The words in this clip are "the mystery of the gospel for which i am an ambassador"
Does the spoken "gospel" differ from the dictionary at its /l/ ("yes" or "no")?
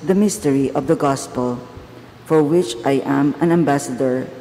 no